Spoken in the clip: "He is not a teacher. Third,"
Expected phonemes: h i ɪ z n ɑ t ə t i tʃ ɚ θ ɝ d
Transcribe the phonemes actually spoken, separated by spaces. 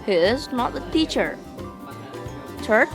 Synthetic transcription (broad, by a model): h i ɪ z n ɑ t ə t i tʃ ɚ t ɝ